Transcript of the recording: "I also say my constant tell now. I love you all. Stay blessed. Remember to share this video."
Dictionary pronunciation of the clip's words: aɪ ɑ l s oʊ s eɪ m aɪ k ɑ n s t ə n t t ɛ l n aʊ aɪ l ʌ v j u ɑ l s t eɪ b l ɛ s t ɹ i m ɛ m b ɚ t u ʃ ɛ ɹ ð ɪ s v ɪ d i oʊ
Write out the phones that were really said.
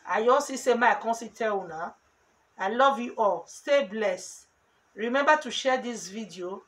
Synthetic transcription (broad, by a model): aɪ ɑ s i s eɪ m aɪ k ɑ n s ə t t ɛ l n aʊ aɪ l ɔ v j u ɑ l s t eɪ b l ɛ s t ɹ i m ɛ m b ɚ t u ʃ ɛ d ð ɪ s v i d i oʊ